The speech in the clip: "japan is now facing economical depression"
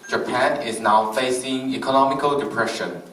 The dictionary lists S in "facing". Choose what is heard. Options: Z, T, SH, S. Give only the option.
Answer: S